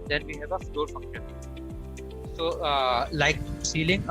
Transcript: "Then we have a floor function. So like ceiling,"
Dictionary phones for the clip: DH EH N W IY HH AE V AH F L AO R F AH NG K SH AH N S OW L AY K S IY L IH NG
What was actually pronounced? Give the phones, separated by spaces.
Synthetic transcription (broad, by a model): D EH N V IY HH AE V AH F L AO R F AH K AH S OW L AY K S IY L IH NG